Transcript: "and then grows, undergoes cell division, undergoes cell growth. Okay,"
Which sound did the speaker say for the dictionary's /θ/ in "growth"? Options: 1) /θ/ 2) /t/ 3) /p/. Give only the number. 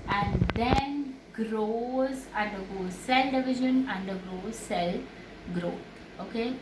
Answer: 2